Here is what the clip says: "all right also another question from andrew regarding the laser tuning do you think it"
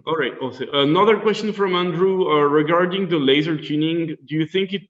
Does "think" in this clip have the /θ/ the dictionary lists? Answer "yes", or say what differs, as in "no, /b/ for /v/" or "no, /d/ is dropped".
yes